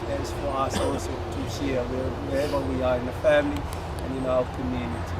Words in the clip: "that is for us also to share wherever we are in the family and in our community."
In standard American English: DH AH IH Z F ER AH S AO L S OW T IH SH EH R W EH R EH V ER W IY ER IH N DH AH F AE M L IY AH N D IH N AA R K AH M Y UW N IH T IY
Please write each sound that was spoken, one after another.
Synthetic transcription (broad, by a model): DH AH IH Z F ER AH S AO S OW T IH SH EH W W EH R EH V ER W IY ER IH N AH F AE M L IY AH N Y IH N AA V K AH M Y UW N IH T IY